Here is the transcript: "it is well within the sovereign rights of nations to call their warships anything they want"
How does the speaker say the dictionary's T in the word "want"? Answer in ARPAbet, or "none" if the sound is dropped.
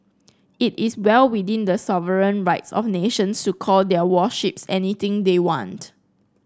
T